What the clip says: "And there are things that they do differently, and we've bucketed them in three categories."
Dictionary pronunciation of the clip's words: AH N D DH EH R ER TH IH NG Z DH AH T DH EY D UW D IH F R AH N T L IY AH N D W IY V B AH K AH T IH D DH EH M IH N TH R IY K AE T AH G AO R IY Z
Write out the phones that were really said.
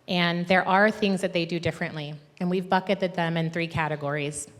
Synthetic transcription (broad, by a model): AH N DH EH R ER TH IH NG Z DH AH T DH EY D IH D IH F R AH N T L IY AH N W IY V B AH K AH T IH D DH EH M IH N TH R IY K AE T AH G AO R IY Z